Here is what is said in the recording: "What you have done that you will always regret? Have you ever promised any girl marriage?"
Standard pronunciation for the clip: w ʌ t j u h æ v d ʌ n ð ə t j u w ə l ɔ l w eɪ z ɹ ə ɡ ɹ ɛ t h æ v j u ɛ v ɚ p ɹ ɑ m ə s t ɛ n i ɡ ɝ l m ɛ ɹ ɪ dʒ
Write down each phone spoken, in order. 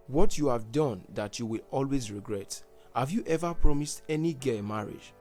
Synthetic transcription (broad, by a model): w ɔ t j u h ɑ v d ʌ n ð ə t j u w ə l ɔ l w eɪ z ɹ ə ɡ ɹ ɛ t h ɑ v j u ɛ v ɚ p ɹ ɑ m ə s t ɛ n i ɡ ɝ m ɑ ɹ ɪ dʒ